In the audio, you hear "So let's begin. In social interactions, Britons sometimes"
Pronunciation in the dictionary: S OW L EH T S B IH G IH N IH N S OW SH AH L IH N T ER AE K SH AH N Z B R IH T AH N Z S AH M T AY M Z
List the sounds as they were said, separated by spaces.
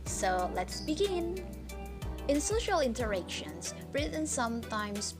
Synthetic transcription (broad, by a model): S OW L EH T S B IH G IH N IH N S OW SH AH L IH N T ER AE K SH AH N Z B R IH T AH N S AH M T AY M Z